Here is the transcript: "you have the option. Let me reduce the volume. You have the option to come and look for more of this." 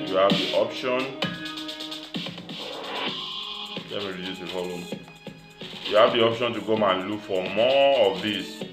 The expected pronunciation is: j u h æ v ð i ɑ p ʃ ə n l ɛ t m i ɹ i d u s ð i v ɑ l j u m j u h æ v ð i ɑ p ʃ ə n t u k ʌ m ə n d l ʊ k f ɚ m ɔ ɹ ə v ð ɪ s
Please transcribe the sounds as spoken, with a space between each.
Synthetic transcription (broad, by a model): j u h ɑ v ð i ɑ p ʃ ə n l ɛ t m i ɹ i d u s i f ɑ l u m j u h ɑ v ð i ɑ p ʃ ə n t u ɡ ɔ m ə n l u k f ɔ m ɔ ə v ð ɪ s